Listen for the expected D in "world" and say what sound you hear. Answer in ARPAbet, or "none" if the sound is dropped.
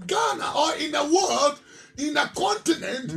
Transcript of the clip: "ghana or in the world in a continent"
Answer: D